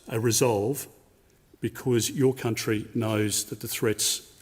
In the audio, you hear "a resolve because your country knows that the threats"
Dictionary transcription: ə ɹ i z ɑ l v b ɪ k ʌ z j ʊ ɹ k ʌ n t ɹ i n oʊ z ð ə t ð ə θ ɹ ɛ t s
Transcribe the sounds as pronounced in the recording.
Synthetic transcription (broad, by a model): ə ɹ i z ɑ l v b ɪ k ʌ z j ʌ ɹ k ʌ n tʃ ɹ i n oʊ z ð ə t ð ə θ ɹ ɛ t s